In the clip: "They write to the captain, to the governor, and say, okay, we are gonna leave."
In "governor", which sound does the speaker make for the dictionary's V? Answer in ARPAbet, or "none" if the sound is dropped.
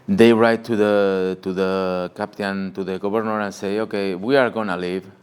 B